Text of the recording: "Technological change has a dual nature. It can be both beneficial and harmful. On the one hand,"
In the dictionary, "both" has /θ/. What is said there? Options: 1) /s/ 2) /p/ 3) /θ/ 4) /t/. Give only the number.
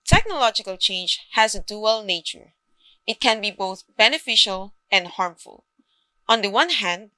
3